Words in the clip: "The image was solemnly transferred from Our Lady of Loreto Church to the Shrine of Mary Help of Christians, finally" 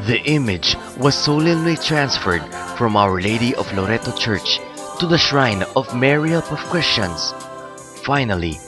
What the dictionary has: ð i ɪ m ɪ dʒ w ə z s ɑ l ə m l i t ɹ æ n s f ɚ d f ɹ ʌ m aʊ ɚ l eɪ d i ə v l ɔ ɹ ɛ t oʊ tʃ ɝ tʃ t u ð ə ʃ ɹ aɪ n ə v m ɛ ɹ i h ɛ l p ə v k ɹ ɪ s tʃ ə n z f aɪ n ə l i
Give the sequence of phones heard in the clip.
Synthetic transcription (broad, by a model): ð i ɪ m ɪ dʒ w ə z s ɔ l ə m l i t ɹ æ n s f ɚ d f ɹ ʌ m aʊ ɚ l eɪ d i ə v l ɔ ɹ ɛ t oʊ tʃ ɝ tʃ t u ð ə ʃ ɹ aɪ n ə v m ɛ ɹ i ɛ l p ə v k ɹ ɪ s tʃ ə n s f aɪ n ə l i